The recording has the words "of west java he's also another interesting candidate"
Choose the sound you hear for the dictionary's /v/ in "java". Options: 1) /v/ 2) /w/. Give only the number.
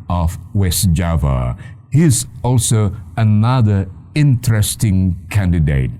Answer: 1